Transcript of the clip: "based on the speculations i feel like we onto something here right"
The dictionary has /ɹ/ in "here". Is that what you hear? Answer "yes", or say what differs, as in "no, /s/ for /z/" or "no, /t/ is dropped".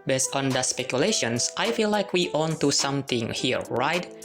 yes